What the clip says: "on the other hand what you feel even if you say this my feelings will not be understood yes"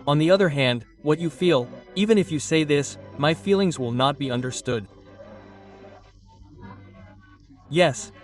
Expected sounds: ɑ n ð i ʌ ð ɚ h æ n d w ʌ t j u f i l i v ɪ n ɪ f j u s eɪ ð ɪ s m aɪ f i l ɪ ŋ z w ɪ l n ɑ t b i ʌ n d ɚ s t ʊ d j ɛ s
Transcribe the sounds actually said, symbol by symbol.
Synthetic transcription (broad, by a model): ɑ n ð i ʌ ð ɚ h æ n d w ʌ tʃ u f i l i v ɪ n ɪ f j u s eɪ ð ɪ s m aɪ f i l ɪ ŋ z w ɪ l n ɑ t b i ʌ n d ɚ s t ʊ d j ɛ s